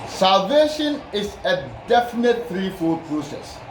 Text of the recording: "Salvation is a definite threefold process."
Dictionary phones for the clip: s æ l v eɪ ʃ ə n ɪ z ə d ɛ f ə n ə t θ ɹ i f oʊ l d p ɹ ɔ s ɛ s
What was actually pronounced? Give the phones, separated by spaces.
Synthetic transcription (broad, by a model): s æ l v eɪ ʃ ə n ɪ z ə d ɛ f ə n ə t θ ɹ i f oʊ d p ɹ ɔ s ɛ s